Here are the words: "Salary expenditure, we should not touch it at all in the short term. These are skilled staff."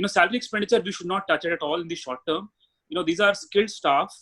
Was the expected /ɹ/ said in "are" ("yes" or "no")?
yes